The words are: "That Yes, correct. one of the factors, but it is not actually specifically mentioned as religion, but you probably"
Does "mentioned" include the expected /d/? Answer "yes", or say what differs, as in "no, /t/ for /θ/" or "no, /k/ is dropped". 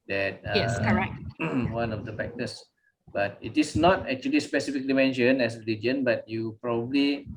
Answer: no, /d/ is dropped